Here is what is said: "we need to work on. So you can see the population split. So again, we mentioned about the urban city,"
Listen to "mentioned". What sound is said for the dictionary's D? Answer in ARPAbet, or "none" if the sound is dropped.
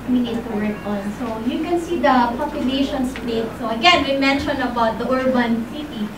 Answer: none